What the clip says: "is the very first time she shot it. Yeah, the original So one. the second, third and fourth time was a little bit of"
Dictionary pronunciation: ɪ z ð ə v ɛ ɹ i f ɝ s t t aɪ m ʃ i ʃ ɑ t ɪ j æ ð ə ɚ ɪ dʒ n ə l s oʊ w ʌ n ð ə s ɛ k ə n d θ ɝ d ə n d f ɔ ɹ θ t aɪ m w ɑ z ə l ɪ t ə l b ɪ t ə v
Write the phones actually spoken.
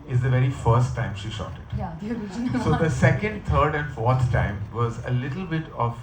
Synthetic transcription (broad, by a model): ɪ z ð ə v ɛ ɹ i f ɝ s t t aɪ m ʃ i ʃ ɑ t ɪ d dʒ s oʊ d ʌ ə s ɛ k ə n d t ɝ d ə n d f ɔ ɹ t t aɪ m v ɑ z ə l ɪ t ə l b ɪ t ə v